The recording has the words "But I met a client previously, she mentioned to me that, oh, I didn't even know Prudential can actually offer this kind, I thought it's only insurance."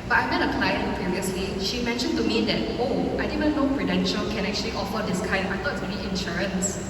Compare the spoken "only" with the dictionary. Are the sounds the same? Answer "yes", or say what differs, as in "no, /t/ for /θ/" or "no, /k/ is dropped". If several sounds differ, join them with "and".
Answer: no, /l/ is dropped